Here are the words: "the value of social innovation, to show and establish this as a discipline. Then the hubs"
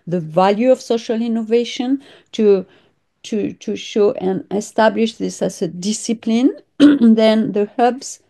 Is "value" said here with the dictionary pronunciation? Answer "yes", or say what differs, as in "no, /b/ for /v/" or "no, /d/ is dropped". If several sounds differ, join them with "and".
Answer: yes